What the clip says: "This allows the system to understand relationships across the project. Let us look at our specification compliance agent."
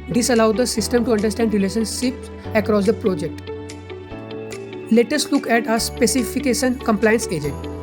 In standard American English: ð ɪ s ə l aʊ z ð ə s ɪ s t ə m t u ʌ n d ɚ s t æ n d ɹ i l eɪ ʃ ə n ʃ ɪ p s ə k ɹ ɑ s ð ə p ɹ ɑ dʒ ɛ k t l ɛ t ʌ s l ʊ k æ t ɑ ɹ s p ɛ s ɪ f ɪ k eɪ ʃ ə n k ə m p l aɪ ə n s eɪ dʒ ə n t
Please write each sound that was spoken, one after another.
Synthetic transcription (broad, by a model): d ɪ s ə l aʊ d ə s ɪ s t ə m t u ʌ n d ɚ s t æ n d ɹ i l eɪ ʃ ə n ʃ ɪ p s ə k ɹ ɑ s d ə p ɹ ɑ dʒ ɛ k t l ɛ t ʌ s l ʊ k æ t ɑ s p ɛ s ɪ f ɪ k eɪ ʃ ə n k ə m p l aɪ ə n s eɪ dʒ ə n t